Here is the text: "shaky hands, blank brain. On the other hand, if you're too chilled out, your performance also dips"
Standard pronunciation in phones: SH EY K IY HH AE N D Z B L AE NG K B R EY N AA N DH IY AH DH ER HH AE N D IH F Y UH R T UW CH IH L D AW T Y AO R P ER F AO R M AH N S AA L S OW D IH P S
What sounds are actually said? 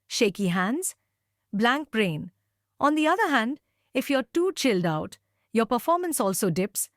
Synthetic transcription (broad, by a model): SH EY K IY HH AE N D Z B L AE NG K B R EY N AA N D IY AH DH ER HH AE N D IH F Y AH R T UW CH IH L D AW T Y AO R P ER F AO R M AH N S AA L S OW D IH P S